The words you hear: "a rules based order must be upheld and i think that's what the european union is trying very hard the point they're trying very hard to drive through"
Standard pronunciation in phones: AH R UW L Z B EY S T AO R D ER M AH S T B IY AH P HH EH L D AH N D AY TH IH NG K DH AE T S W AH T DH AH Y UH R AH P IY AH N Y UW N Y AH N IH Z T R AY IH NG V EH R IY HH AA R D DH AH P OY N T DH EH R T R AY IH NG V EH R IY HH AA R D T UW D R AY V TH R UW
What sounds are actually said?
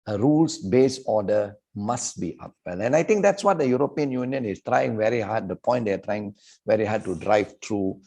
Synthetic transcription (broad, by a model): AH R UW L S B EY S AO D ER M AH S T B IY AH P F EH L AH N AY T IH NG K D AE T S W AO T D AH Y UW R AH P IY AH N Y UW N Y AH N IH S T R AY IH NG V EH R IY HH AA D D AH P OY N T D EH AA T R AY IH NG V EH R IY HH AA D T UW D R AY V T R UW